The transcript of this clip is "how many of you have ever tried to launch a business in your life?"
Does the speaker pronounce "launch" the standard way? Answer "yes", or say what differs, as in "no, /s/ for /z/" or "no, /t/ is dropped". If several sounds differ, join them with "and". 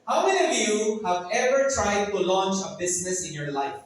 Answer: yes